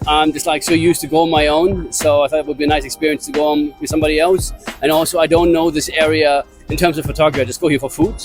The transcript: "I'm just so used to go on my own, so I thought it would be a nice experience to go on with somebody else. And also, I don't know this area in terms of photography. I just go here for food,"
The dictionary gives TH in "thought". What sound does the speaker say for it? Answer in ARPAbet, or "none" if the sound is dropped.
TH